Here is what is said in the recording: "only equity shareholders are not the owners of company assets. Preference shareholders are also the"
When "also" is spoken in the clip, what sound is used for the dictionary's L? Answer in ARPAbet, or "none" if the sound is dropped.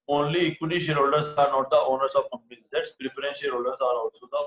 none